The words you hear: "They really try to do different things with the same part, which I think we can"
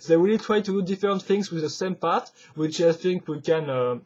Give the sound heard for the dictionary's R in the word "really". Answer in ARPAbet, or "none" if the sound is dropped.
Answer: W